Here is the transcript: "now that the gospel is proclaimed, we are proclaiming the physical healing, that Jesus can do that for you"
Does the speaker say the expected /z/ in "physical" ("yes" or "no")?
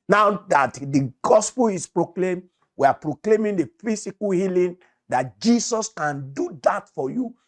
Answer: no